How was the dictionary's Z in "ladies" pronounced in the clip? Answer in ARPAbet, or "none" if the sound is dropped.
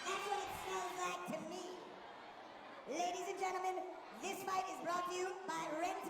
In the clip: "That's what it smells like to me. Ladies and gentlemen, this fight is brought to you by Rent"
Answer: Z